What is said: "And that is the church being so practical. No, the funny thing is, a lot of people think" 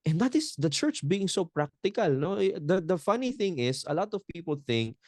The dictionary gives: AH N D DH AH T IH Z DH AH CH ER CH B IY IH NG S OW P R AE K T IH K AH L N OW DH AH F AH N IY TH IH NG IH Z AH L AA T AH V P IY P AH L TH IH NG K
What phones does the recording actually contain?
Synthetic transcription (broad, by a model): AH N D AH T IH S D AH CH ER CH B IY IH NG S OW P R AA K T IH K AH L N OW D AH F AH N IY TH IH NG IH S AH L AA T AH V P IY P AH L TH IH NG K